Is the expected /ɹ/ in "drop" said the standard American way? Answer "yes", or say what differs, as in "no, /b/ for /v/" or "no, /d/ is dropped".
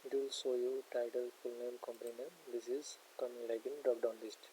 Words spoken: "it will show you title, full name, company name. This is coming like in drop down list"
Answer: no, /ɹ/ is dropped